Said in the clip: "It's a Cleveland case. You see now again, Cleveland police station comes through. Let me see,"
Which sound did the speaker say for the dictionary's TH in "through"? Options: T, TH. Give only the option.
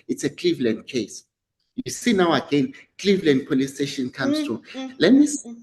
T